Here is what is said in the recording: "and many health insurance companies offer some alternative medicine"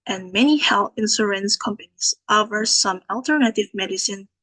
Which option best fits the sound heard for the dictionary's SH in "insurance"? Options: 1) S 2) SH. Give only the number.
1